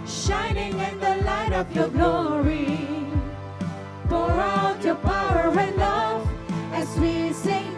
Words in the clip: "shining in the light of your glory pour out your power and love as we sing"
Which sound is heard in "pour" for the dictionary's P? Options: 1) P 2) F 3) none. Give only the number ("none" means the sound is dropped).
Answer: 2